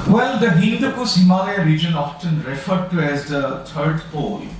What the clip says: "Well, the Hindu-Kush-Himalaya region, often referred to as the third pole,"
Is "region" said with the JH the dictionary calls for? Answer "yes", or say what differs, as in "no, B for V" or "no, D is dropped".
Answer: yes